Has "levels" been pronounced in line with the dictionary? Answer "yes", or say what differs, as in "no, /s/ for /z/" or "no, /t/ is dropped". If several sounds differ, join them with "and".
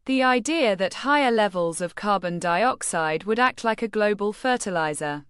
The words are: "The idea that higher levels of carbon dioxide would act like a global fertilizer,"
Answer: yes